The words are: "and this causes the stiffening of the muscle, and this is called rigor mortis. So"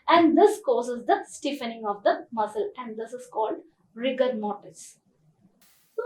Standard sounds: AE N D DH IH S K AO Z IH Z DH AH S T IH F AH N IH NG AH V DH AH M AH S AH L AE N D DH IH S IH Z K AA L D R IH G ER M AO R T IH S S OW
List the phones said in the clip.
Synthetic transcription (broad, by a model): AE N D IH S K AO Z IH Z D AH S T IH F AH N IH NG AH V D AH M AH S AH L AE N D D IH S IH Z K AA L D R IH G ER M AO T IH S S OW